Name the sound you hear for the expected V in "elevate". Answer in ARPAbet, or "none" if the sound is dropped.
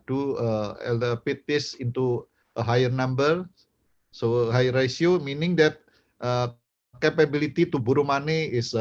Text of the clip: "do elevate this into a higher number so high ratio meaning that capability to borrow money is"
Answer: P